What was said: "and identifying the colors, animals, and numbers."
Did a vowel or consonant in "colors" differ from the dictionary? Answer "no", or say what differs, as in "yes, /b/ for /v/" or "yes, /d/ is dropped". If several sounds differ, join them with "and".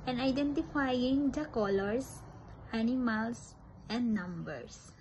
yes, /s/ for /z/